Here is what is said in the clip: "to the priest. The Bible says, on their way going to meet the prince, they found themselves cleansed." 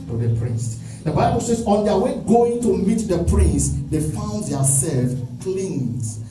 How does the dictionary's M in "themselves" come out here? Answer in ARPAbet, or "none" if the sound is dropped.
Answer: none